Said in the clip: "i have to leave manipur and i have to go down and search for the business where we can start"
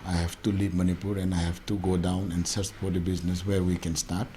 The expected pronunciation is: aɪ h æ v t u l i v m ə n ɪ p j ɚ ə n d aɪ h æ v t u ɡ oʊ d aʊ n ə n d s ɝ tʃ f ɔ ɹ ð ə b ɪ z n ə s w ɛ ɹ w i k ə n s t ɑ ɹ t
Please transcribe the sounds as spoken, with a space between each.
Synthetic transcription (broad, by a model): aɪ h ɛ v t u l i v m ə n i p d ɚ ə n d aɪ h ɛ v t u ɡ oʊ d aʊ n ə n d s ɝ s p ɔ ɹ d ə b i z n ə s w ɛ ɹ w i k ə n s t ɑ ɹ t